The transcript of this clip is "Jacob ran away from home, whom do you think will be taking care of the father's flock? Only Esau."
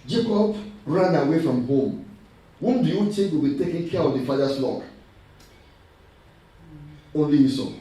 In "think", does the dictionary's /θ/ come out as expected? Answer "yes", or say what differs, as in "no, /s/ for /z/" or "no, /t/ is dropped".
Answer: no, /t/ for /θ/